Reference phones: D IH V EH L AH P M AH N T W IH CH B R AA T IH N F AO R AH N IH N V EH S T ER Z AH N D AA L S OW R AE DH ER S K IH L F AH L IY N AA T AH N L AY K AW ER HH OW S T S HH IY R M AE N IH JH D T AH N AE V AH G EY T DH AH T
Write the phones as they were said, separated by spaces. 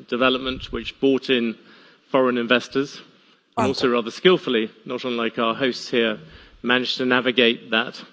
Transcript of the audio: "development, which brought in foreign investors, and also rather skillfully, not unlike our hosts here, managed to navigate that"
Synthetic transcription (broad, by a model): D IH V EH L AH P M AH N T W IH CH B AA T IH N F AO R AH N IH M V EH S T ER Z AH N AA L S OW R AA DH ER S K IH L F AH L IY N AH T AH N L AY K AW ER HH OW S T S HH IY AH M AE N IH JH T AH N AE V AH G EY T DH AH T